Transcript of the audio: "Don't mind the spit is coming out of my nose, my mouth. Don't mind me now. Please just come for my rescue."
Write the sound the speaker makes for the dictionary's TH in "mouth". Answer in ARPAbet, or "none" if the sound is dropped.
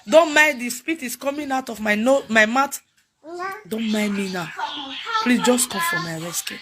T